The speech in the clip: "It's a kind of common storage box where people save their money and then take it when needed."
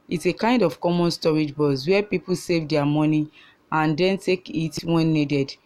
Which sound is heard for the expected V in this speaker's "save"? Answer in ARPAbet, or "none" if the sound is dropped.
V